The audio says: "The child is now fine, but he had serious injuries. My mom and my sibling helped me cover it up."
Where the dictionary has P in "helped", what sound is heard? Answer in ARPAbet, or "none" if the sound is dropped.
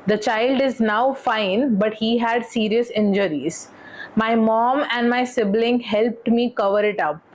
P